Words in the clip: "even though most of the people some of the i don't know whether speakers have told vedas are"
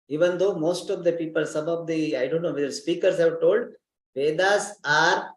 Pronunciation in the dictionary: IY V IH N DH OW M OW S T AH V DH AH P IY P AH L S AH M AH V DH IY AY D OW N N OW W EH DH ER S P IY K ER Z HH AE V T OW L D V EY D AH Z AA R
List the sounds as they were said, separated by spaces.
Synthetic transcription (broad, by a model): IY V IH N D OW M OW S T AH V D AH P IY P AH L S AH M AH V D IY AY D OW N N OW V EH ER S P IY K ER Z HH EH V T OW L D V EY D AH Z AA R